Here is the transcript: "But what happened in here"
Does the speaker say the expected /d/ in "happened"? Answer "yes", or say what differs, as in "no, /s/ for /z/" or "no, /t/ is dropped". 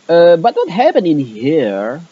no, /d/ is dropped